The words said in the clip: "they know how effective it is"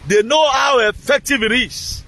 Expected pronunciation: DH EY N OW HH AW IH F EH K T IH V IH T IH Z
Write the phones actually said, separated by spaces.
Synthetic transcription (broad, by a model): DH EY N OW HH AW IH F EH K T IH V IH T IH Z